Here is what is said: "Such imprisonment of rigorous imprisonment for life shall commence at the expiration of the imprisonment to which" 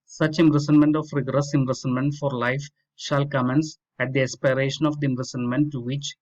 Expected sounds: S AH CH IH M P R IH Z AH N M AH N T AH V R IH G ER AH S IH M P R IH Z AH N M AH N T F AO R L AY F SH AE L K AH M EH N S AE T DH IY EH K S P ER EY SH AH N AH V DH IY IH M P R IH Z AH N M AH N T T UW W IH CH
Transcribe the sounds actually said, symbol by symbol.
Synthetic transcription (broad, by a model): S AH CH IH M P R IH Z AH N M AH N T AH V R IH G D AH S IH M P R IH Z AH N M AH N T F AO R L AY F SH AE L K AH M EH N S AE T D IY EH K S P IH EY SH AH N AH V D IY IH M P R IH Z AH N M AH N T T UW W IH CH